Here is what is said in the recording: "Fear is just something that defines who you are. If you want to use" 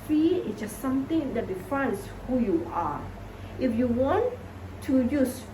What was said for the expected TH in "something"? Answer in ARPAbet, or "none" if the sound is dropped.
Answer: T